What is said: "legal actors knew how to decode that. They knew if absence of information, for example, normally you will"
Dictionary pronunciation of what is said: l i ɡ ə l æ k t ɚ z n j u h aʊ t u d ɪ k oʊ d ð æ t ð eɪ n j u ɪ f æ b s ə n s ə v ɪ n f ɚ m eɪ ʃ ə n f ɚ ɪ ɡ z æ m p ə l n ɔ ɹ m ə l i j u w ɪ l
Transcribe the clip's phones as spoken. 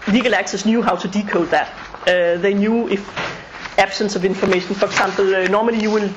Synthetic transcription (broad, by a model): l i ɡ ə l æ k s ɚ s n j u h aʊ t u d ɪ k oʊ d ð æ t ð eɪ n j u ɪ f æ b s ə n s ə v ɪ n f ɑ m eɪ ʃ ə n f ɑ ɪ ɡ s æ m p l n ɔ m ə l i j u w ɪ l